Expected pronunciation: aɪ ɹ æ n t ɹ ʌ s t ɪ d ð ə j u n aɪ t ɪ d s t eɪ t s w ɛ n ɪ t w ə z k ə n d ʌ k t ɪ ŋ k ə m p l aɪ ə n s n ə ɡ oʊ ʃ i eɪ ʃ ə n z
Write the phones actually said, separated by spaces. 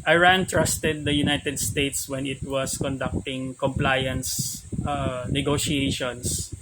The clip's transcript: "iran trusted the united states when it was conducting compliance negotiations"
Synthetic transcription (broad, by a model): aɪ ɹ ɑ n t ɹ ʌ s t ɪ d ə j u n aɪ t ɪ d s t eɪ t s w ɛ n ɪ t w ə s k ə n d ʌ k t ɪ ŋ k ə m p l aɪ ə n s n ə ɡ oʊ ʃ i eɪ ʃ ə n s